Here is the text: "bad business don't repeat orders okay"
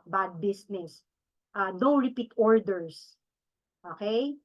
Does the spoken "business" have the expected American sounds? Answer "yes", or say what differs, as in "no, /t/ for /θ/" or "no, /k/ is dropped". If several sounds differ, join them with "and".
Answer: no, /s/ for /z/